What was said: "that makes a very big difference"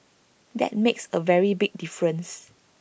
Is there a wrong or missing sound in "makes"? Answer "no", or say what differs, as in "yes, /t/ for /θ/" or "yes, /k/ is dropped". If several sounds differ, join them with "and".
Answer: no